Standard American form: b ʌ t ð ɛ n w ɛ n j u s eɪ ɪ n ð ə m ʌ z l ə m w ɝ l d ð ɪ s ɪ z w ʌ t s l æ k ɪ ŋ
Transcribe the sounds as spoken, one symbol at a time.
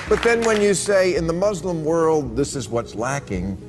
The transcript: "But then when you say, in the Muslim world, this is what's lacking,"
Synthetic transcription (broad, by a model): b ʌ t ð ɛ n w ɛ n j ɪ s eɪ ɪ n ð ə m ʌ z l ə m w ɝ l d ð ɪ s ɪ z w ʌ t s l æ k ɪ ŋ